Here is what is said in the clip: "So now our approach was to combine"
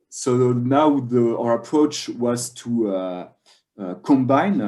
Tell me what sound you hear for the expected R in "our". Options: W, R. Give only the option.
R